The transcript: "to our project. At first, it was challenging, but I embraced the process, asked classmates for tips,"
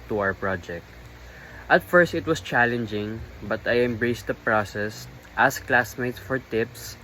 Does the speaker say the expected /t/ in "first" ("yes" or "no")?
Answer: yes